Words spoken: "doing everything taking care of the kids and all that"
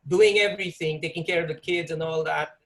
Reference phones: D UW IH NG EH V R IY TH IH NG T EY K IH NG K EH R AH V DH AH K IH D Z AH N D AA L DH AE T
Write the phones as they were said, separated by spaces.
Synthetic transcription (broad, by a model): D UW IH NG EH V R IY TH IH NG T EY K IH NG K EH R AH V DH AH K IH D Z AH N AA L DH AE T